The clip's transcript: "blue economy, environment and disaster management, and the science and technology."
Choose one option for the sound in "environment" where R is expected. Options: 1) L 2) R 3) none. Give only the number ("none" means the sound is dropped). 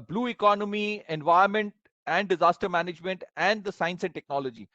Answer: 3